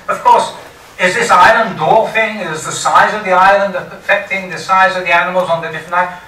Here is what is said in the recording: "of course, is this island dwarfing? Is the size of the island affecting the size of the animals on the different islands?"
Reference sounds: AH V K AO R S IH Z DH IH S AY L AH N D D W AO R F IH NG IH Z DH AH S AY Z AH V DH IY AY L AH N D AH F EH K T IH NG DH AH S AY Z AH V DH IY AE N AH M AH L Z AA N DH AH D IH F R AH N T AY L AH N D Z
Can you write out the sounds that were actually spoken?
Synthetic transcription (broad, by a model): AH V K AO R S IH Z DH IH S AY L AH N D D AO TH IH NG IH Z DH AH S AY Z AH V DH IY AY L AH N D AH F EH K T IH NG DH AH S AY Z AH V DH IY AE N AH M AH L Z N DH AH D IH F R AH N T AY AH